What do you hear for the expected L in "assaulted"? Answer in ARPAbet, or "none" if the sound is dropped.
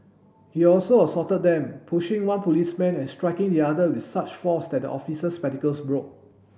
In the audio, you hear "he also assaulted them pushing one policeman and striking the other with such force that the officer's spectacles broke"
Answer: none